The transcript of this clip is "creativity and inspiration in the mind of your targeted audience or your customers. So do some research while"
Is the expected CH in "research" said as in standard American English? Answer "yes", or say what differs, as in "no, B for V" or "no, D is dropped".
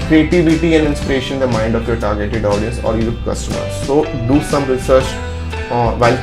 yes